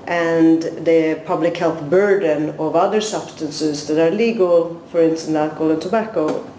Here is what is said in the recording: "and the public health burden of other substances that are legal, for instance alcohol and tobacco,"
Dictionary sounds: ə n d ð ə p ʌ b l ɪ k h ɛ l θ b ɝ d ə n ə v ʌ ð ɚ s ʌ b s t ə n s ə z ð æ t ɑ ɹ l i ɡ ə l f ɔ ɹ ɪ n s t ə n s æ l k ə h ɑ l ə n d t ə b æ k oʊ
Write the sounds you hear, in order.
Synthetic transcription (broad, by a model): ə n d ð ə p ʌ b l ɪ k h ɛ l θ b ɝ d ə n ə v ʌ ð ɚ s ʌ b s t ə n s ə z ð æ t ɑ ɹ l i ɡ ə l f ɔ ɹ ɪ n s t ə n æ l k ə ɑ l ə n t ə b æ k oʊ